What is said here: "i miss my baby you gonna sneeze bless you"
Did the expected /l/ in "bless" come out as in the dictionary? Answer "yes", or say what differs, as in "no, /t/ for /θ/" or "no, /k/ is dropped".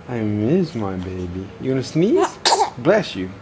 yes